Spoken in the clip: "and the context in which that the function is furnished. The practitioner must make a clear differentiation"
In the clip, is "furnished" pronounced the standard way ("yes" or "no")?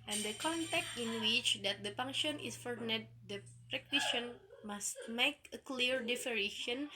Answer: no